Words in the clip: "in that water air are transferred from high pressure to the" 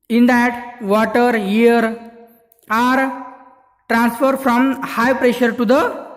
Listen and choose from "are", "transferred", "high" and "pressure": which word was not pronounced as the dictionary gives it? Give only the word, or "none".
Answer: none